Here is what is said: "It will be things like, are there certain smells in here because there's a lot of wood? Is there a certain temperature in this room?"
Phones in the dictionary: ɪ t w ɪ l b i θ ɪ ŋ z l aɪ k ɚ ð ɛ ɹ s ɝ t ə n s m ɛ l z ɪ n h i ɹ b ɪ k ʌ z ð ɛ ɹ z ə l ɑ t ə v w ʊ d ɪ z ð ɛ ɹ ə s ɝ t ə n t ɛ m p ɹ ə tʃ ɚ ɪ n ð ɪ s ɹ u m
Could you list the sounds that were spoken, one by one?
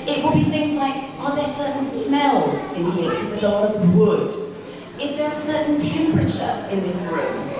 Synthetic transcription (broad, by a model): ɪ t w ɪ l b i θ ɪ ŋ z l aɪ k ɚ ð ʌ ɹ s ɝ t n s m ɛ l z ɪ n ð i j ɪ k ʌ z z ə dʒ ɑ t ə v w ʊ d ɪ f ð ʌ ɹ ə s ɝ t n t ɛ m p ɹ ə tʃ ɚ ɪ n ð ɪ s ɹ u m